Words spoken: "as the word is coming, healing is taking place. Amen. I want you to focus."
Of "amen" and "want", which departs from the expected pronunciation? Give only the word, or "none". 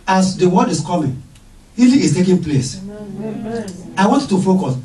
amen